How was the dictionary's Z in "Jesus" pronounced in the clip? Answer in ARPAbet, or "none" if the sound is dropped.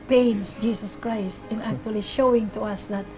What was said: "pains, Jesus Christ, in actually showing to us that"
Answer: S